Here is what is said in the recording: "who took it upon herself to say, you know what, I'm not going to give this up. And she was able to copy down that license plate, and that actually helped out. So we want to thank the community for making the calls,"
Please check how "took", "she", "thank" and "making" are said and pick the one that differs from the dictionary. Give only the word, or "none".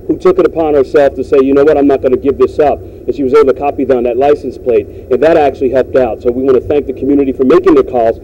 none